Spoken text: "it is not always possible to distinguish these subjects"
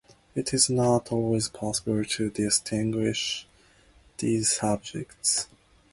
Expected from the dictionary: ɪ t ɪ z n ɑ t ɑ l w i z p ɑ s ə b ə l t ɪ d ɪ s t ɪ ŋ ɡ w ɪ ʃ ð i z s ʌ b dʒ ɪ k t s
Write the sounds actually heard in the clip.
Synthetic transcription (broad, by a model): ɪ t ɪ z n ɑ t ɑ l w i z p ɑ s ə b ə l t ɪ d ɪ s t ɪ ŋ ɡ w ɪ ʃ ð i z s ʌ b dʒ ɪ k t s